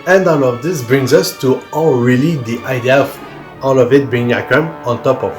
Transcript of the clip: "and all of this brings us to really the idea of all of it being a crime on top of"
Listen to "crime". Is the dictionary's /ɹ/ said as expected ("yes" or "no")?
no